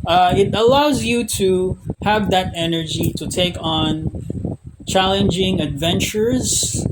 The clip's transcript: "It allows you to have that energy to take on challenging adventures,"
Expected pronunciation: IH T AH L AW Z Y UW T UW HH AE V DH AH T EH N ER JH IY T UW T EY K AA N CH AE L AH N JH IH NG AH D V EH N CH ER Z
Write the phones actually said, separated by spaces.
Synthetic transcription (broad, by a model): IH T AH L AW Z Y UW T UW HH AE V DH AH T EH N ER JH IY T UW T EY K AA N CH AE L AH N JH IH NG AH D V EH N CH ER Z